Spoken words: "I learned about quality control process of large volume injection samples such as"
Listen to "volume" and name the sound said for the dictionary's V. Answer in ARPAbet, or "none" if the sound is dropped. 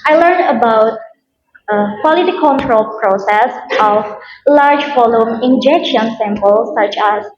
F